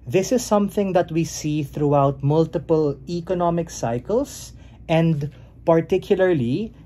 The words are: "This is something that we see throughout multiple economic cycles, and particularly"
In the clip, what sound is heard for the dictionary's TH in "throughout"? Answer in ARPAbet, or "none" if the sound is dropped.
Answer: TH